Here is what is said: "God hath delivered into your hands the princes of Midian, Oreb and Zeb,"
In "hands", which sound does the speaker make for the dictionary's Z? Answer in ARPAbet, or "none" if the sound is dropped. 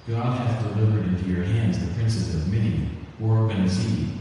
Z